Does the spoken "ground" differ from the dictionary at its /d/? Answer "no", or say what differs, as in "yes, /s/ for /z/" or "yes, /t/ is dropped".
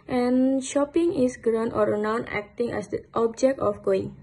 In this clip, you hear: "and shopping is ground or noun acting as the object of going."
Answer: yes, /d/ is dropped